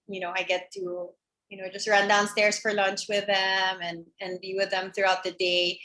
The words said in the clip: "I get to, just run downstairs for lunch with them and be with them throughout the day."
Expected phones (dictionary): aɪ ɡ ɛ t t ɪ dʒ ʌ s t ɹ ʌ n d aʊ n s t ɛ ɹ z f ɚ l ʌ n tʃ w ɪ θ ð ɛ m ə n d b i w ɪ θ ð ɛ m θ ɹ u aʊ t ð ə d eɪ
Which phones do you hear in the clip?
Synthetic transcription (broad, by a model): aɪ ɡ ɛ t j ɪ dʒ ʌ s t ɹ ʌ n d aʊ n s t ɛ ɹ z f ɚ l ʌ n tʃ w ɪ ð ɛ m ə n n b i w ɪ ð ɛ m θ ɹ u aʊ t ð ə d eɪ